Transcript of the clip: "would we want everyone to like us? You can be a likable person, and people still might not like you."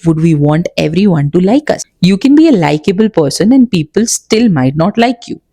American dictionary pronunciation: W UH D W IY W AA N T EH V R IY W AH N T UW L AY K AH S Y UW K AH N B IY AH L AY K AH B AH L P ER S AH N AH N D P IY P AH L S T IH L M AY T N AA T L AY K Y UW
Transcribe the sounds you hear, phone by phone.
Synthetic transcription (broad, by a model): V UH D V IY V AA N T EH V R IY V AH N T UW L AY K AH S Y UW K AH N B IY AH L AY K AH B AH L P ER S AH N AH N D P IY P AH L S T IH L M AY T N AA T L AY K Y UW